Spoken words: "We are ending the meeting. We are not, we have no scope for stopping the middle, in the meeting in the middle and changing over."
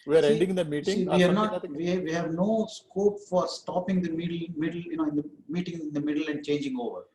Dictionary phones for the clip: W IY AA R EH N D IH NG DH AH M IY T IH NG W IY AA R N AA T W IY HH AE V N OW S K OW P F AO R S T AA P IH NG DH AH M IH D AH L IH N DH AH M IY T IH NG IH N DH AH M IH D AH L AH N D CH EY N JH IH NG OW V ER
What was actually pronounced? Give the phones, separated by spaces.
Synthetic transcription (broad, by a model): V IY AA R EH N D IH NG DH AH M IY T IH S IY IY AA R N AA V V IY HH AE V N OW S K OW P F AO R S T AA P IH NG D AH M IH D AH L IH N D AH M IY T IH NG IH N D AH M IH D AH L AH N D CH EY N JH IH NG OW V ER